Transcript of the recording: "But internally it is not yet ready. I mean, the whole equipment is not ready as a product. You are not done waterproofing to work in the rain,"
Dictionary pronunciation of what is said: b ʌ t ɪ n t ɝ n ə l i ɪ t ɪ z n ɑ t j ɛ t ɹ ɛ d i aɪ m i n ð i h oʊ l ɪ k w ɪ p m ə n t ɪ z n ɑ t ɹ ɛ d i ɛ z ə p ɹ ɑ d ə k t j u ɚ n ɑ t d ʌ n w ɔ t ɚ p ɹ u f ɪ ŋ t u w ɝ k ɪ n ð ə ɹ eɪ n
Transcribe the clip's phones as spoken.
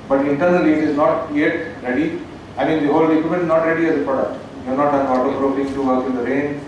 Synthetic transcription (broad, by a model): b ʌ t ɪ n t ɝ n ə l i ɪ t ɪ z n ɑ t j ɛ t ɹ ɛ d i aɪ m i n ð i h oʊ l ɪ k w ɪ m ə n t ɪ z n ɑ t ɹ ɛ d i ɛ z ə p ɹ ɑ d ə k t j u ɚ n ɑ t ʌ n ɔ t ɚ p ɹ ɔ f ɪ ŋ t u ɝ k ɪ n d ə ɹ eɪ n